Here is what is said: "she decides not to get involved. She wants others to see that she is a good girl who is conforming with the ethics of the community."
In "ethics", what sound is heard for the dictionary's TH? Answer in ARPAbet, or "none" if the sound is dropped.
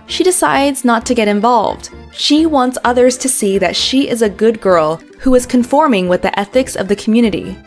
TH